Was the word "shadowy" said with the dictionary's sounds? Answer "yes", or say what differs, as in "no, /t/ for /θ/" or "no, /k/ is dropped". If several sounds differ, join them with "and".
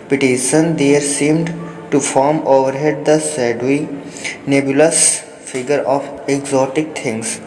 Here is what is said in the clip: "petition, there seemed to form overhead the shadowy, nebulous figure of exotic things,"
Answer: no, /s/ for /ʃ/